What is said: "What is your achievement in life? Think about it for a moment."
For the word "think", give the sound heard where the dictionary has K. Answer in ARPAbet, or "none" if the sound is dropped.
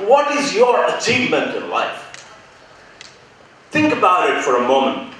K